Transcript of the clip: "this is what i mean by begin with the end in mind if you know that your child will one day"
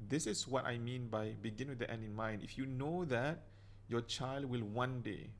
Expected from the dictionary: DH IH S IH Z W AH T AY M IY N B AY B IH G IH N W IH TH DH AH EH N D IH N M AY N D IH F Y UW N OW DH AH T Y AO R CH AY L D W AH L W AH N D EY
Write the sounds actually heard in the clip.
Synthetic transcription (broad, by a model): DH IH S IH S W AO T AY M IY N B AY B IH G IH N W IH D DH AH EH N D IH N M AY N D IH F Y UW N OW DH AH T Y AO CH AY L D W AH L W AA N D EY